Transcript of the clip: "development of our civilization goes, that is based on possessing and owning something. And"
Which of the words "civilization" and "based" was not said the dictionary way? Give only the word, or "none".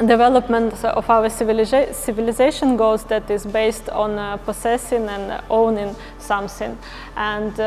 none